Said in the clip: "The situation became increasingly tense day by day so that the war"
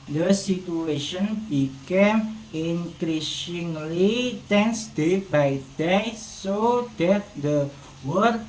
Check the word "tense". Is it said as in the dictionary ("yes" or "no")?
yes